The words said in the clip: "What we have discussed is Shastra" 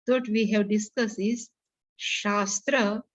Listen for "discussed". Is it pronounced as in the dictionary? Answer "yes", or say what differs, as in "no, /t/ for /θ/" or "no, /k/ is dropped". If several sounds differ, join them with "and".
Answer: no, /t/ is dropped